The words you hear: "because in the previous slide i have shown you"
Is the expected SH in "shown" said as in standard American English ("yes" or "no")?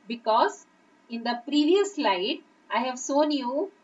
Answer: no